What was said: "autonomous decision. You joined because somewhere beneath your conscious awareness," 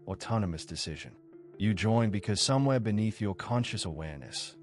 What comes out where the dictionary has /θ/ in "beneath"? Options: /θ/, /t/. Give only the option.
/θ/